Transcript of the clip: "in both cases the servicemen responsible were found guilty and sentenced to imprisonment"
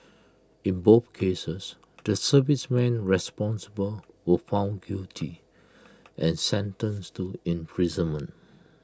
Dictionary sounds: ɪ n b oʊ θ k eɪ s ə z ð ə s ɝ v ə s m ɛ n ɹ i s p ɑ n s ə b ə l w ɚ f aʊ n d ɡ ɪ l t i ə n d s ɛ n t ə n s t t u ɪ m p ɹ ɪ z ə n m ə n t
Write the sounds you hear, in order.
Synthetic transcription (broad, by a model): ɪ n b oʊ θ k eɪ s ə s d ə s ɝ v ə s m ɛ n ɹ i s p ɑ n s ə b ə l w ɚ f aʊ n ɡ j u t i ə n s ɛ n t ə n s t t u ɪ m p ɹ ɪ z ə n m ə n t